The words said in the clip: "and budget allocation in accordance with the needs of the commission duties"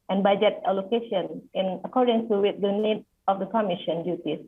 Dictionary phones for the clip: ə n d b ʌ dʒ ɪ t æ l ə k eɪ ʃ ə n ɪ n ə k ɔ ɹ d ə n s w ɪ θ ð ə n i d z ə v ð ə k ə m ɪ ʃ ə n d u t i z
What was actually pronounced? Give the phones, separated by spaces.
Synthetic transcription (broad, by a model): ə n b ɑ dʒ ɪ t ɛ l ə k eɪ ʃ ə n ɪ n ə k ɔ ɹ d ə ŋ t w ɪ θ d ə n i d ə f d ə k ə m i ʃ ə n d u t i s